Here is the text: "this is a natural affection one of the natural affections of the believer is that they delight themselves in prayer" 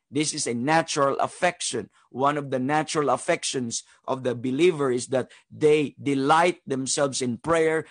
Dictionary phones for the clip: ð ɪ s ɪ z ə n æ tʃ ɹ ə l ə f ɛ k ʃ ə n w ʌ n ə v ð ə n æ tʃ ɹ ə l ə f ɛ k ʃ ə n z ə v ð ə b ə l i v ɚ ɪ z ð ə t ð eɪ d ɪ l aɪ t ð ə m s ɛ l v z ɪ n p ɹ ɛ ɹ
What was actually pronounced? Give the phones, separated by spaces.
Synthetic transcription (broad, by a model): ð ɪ s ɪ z ə n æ tʃ ɹ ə l ə f ɛ k ʃ ə n w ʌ n ə v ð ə n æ tʃ ɹ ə l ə f ɛ k ʃ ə n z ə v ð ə b ə l i v ɚ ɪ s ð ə t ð eɪ d ɪ l aɪ t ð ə m s ɛ l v s ɪ n p ɹ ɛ ɹ